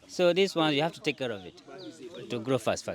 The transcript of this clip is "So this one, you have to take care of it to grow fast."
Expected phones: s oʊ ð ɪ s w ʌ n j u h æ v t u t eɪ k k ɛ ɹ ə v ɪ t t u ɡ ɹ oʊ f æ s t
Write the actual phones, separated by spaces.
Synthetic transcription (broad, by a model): s oʊ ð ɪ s w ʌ n j u h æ f t u t eɪ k k ɛ ɹ ə v ɪ t t u ɡ ɹ oʊ f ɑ s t